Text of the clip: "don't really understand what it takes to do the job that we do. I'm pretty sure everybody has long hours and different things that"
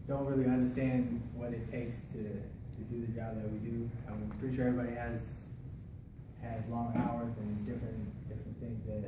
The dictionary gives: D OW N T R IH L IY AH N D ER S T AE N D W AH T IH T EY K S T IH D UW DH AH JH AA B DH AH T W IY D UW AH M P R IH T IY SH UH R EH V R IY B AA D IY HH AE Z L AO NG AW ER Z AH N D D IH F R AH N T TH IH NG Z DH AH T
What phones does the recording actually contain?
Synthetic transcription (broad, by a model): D OW N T R IH L IY AH N D ER S T AE N D W AH T IH T EY K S T IH D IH DH AH JH AA B DH AH T W IY D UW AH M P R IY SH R EH R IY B AA D IY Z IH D L AO NG AW ER Z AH N D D IH F R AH N TH IH NG Z DH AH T